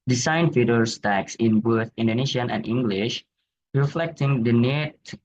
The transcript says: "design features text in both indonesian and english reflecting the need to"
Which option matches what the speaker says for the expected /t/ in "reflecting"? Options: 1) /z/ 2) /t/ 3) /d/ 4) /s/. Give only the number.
2